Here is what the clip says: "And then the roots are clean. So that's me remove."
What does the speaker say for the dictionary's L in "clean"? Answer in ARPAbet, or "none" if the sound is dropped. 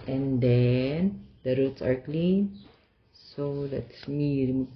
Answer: L